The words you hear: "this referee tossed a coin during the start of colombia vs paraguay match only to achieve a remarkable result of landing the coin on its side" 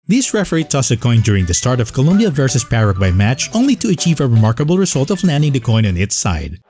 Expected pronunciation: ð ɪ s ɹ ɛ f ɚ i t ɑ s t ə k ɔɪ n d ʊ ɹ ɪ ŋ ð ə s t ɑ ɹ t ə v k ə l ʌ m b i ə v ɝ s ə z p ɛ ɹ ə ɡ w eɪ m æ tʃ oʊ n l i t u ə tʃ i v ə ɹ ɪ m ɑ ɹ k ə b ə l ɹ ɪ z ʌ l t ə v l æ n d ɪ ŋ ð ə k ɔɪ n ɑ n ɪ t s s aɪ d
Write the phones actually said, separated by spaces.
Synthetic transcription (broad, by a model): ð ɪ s ɹ ɛ f ɚ i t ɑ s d ə k ɔɪ n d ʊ ɹ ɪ ŋ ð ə s t ɑ ɹ t ə v k ə l ʌ m b i ə v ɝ s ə s p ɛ ɹ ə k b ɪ m æ tʃ oʊ n l i t u ə tʃ i v ə ɹ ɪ m ɑ ɹ k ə b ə l ɹ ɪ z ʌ l t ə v l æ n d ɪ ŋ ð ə k ɔɪ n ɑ n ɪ t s s aɪ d